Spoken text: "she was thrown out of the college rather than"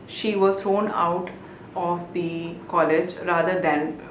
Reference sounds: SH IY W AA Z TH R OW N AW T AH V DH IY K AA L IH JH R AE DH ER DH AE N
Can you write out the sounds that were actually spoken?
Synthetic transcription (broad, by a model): SH IY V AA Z T R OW N AW T AH V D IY K AA L IH JH R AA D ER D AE N